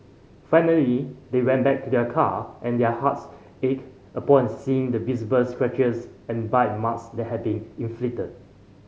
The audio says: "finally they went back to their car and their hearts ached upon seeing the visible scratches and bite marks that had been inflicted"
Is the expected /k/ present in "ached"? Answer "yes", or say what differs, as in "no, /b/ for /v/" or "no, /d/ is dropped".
no, /k/ is dropped